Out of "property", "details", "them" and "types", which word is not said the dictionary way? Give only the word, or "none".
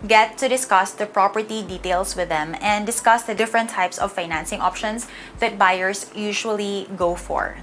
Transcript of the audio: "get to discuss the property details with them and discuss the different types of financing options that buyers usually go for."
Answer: details